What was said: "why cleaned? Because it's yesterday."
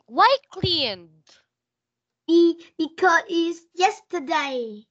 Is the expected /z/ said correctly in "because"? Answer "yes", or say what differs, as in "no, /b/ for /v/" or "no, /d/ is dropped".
no, /z/ is dropped